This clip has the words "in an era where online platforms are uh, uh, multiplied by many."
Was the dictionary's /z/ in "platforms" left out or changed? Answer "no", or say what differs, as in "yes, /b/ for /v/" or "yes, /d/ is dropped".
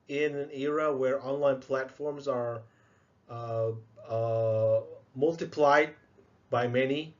no